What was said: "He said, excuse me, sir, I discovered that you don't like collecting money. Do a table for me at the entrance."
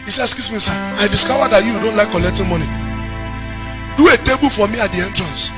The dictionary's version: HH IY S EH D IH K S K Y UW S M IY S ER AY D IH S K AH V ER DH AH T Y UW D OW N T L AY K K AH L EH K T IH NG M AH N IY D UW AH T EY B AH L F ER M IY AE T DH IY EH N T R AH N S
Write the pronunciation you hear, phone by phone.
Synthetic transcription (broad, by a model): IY S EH IH S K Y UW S M IY S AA AY D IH S K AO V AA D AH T Y UW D OW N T L AY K K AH L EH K T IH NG M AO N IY D UW AH T EY B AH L F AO M IY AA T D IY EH N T R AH N S